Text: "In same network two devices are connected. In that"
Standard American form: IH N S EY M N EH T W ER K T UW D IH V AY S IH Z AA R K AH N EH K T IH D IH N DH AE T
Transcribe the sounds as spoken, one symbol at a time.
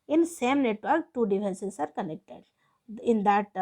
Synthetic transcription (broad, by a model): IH N S EY M N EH T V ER K T UW D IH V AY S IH S AA R K AH N EH K T IH D IH N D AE T